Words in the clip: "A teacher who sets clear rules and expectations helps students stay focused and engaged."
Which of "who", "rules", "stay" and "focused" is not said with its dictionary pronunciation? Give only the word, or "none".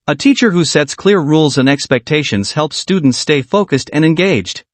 none